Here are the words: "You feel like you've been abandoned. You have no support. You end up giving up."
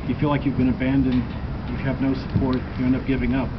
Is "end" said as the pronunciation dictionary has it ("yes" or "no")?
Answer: no